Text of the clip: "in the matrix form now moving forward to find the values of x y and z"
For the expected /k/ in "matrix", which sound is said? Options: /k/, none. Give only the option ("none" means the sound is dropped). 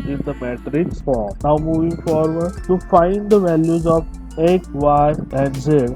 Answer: /k/